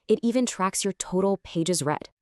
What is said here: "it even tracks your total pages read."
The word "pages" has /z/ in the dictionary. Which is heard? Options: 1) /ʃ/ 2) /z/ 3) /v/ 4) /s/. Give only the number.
2